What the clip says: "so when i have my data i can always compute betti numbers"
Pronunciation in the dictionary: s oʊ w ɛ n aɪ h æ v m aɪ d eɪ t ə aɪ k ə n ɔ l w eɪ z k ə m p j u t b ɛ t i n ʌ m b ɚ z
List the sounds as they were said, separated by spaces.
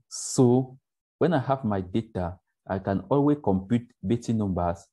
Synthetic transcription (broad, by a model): s oʊ w ɛ n aɪ h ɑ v m aɪ d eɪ t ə aɪ k ə n ɔ l w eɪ k ə m p j u t b ɛ t i n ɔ m b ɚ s